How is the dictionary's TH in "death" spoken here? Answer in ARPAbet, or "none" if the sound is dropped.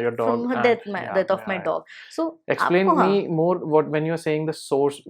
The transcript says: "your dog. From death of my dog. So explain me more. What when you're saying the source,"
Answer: T